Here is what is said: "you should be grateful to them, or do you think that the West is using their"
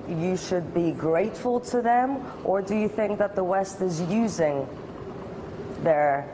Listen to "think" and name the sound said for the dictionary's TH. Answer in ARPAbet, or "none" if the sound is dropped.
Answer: TH